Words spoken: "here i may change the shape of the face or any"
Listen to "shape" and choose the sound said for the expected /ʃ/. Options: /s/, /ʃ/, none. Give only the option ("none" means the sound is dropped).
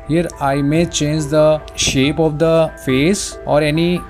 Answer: /ʃ/